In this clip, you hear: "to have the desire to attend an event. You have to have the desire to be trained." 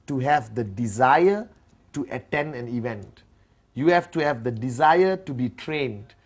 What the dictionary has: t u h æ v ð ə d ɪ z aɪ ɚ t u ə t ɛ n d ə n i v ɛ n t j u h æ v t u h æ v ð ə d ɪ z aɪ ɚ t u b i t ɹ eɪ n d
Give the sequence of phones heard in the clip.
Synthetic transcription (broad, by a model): t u h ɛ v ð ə d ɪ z aɪ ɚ t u ə t ɛ n d ə n i v ɛ n t j u h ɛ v t u h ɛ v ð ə d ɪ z aɪ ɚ t u b i t ɹ eɪ n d